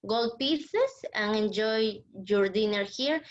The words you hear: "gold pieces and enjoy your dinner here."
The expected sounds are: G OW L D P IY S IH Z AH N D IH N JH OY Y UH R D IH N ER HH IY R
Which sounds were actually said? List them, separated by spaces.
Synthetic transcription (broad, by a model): G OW L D P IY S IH S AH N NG IH N JH OY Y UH R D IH N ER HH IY R